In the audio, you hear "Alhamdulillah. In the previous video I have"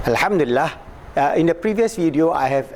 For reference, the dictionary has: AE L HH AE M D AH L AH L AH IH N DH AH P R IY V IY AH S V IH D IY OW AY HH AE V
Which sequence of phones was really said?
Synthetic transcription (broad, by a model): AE L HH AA M D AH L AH L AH IH N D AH P R IY V IY AH S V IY D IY OW AY HH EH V